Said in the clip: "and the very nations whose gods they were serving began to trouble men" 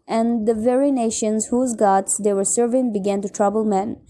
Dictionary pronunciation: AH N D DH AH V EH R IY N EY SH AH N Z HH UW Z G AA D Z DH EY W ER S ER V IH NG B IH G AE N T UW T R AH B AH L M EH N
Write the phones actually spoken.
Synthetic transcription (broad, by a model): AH N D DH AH V EH R IY N EY SH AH N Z HH UW Z G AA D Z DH EY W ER S ER V IH NG B IH G AE N T UW T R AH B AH L M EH N